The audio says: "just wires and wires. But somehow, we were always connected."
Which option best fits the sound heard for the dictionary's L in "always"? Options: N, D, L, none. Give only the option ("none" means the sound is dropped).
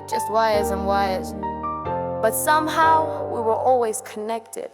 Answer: L